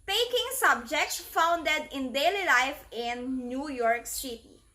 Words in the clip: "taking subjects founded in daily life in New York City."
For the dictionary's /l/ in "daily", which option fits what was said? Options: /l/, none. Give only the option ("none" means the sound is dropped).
/l/